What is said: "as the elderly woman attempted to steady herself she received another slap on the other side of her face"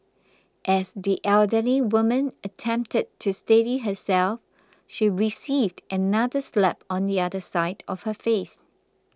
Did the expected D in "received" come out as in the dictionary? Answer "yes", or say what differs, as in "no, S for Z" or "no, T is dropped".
yes